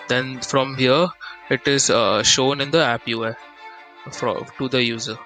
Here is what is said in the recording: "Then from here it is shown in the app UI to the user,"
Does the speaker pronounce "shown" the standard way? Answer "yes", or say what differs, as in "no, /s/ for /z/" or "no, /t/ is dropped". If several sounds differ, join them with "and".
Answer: yes